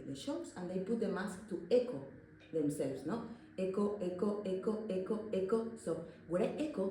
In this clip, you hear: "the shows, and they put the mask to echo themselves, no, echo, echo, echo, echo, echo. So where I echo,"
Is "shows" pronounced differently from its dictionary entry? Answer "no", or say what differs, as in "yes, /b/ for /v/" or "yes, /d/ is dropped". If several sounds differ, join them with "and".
yes, /s/ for /z/